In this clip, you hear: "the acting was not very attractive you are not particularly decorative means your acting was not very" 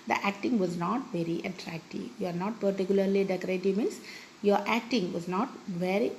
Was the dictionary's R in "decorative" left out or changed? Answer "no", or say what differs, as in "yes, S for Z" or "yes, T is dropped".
no